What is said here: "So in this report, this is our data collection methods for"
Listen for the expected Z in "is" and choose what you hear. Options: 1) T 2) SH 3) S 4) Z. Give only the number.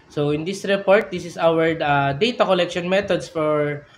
3